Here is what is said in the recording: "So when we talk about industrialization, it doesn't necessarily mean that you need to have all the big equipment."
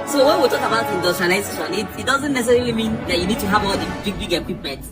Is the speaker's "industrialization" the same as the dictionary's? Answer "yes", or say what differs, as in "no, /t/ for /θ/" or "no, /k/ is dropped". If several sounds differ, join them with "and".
no, /l/ is dropped